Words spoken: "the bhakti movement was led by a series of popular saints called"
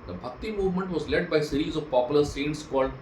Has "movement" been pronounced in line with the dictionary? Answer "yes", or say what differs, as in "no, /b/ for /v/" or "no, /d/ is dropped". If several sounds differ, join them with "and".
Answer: yes